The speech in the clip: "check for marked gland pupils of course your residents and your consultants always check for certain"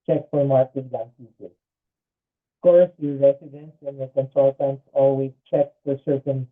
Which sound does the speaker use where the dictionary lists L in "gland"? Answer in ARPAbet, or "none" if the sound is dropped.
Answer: none